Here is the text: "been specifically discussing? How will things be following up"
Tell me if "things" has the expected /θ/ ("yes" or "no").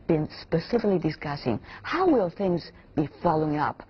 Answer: yes